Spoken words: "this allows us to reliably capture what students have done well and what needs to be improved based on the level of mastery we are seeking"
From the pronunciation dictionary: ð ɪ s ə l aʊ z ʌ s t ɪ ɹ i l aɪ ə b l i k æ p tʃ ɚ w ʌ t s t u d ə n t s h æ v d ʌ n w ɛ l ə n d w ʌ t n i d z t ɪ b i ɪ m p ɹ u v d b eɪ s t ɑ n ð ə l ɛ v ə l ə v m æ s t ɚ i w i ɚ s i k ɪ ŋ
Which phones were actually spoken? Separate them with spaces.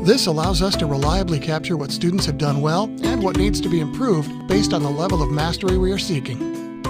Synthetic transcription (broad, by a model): ð ɪ s ə l aʊ z ʌ s t ɪ ɹ i l aɪ ə b l i k æ p tʃ ɚ w ʌ t s t u d n t s h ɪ v d ʌ n w ɛ l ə n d w ʌ t n i d z t ɪ b i ɪ m p ɹ u v d b eɪ s t n ð ə l ɛ v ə l ə v m æ s t ɚ i w i ɚ s i k ɪ ŋ